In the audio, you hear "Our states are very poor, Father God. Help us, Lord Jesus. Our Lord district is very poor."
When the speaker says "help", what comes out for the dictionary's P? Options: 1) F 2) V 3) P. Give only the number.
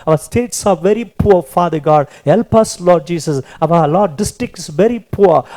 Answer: 3